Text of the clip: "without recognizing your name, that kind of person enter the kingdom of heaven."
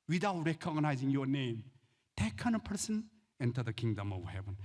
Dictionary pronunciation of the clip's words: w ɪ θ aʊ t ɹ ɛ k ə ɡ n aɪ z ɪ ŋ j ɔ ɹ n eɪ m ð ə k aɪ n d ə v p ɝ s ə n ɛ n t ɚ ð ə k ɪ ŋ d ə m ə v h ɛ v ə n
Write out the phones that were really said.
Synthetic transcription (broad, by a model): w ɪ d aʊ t ɹ ɛ k ə ɡ n aɪ z ɪ ŋ j ɔ ɹ n eɪ m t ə k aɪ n ə p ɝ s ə n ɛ n t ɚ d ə k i ŋ d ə m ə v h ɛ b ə n